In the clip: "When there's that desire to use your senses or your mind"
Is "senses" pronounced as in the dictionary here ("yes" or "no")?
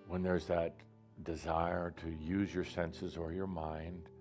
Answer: yes